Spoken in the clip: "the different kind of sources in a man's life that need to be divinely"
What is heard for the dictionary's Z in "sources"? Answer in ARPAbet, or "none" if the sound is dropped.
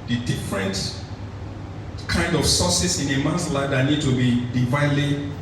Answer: S